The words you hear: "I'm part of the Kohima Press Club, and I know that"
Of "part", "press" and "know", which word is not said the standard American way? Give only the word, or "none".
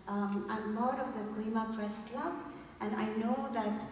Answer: part